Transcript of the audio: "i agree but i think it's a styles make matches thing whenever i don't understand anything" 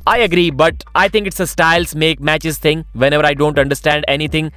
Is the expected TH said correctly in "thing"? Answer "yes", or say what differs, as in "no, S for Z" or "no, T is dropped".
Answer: no, T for TH